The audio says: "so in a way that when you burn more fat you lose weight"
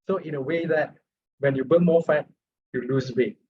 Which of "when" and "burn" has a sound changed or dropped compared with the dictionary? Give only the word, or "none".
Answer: burn